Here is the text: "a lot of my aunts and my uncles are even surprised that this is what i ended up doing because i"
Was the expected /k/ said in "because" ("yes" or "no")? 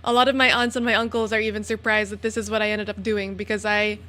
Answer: yes